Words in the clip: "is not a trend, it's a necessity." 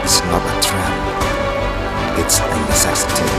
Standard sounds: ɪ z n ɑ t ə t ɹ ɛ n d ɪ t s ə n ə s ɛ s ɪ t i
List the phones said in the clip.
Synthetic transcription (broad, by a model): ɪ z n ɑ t ə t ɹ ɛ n ɪ t s ə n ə s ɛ s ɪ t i